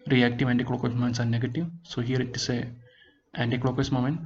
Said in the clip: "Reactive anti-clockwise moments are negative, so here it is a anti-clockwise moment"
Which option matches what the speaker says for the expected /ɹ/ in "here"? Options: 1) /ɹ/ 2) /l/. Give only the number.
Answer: 1